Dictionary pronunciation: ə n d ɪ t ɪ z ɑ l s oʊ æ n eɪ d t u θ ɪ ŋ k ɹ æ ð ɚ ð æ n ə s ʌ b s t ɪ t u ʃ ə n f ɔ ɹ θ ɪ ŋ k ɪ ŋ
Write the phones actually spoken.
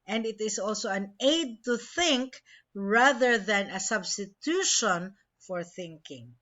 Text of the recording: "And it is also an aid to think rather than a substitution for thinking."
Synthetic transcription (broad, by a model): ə n d ɪ t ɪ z ɑ l s oʊ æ n eɪ d t u θ ɪ ŋ k ɹ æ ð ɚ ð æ n ə s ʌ b s t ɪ t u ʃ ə n f ɔ ɹ θ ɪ ŋ k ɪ ŋ